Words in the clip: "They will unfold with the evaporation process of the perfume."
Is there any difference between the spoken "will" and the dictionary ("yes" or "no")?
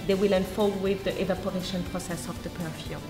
no